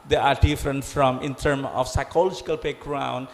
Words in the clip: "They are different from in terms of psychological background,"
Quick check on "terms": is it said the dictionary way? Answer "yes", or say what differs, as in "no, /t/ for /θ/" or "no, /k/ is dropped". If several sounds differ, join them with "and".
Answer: no, /z/ is dropped